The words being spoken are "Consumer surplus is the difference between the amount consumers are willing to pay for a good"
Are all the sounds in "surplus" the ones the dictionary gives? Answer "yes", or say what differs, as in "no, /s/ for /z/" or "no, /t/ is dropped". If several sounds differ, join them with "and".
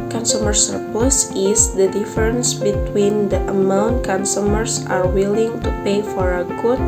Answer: no, /l/ is dropped